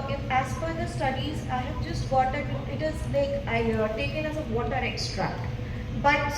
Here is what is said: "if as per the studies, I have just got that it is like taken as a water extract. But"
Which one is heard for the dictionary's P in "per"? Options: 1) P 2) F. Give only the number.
2